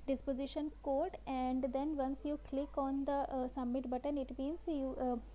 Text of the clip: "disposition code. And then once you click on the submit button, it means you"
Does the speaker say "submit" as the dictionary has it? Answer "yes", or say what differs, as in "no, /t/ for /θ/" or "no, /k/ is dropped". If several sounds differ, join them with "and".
no, /b/ is dropped